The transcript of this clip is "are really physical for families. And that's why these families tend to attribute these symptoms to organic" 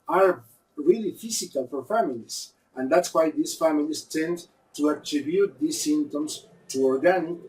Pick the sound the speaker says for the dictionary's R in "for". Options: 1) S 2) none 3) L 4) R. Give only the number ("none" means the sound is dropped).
4